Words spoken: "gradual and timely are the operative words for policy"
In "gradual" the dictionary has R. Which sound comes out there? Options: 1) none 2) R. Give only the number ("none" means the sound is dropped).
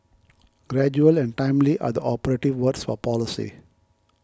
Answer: 2